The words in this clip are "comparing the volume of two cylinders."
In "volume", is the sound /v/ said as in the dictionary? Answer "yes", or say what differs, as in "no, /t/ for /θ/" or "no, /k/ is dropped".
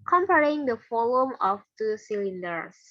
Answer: no, /f/ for /v/